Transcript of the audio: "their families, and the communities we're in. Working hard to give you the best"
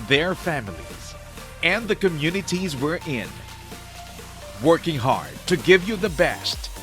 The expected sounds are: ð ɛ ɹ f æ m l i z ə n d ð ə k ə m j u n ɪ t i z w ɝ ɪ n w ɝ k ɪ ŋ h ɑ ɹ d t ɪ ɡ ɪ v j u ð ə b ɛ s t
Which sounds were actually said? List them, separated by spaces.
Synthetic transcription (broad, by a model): ð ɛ ɹ f æ m l i z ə n ð ə k ə m j u n ɪ t i z w ɝ ɪ n w ɝ k ɪ ŋ h ɑ ɹ d t ɪ ɡ ɪ v j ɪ ð ə b ɛ s t